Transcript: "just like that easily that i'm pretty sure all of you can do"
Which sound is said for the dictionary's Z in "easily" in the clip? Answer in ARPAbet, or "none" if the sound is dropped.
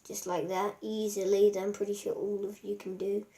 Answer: Z